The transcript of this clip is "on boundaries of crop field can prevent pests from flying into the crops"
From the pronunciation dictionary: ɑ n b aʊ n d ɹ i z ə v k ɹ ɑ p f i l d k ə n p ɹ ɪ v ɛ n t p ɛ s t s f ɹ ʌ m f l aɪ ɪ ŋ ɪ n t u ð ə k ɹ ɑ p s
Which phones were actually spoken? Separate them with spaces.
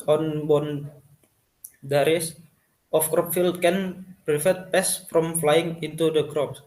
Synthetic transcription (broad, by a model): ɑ n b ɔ n d ɹ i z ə f k ɹ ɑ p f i l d k ə n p ɹ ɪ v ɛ t p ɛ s s f ɹ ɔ m f l aɪ ɪ ŋ ɪ n t u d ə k ɹ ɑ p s